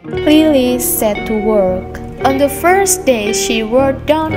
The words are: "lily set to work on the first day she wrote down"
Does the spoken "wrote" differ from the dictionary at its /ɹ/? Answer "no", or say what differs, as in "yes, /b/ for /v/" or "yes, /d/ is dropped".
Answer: yes, /w/ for /ɹ/